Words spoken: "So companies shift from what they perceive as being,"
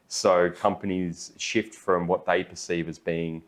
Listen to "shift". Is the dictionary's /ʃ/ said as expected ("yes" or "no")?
yes